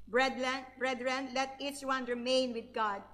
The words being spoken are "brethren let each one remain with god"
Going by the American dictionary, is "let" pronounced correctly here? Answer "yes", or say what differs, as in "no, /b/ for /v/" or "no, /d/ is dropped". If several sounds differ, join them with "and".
yes